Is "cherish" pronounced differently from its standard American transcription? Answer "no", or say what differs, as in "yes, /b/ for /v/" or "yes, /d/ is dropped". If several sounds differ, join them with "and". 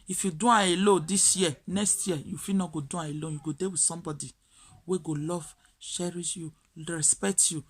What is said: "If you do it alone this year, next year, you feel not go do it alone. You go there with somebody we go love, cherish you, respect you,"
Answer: yes, /ʃ/ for /tʃ/